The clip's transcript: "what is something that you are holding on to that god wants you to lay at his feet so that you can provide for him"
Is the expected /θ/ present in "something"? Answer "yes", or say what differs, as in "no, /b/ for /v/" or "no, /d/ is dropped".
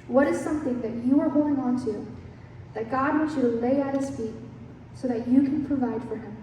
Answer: yes